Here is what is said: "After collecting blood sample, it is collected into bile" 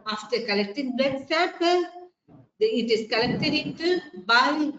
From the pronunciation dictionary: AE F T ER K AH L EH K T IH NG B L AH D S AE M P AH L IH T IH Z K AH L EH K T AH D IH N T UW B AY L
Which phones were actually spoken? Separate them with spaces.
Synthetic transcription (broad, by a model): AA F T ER K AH L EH K T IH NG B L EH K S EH P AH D IH T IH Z K AH L EH K T AH D IH N T UW B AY